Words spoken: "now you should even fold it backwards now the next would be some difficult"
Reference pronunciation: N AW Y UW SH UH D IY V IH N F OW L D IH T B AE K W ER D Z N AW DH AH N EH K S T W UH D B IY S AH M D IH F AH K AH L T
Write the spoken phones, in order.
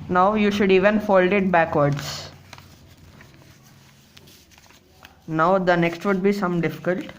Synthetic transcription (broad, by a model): N AW Y UW SH UH D IY V IH N F OW L D IH T B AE K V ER D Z N AW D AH N EH K S T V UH D B IY S AH M D IH F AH K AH L T